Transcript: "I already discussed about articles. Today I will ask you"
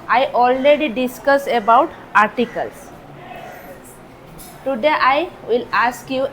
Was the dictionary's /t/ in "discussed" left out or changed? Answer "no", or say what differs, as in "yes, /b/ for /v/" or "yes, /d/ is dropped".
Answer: yes, /t/ is dropped